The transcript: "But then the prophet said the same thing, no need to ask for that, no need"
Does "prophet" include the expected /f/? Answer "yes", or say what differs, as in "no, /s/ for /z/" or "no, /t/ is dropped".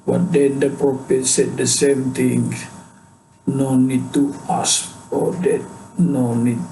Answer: no, /p/ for /f/